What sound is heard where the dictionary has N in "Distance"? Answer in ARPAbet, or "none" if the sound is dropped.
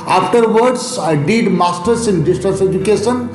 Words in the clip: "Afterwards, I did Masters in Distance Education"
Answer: none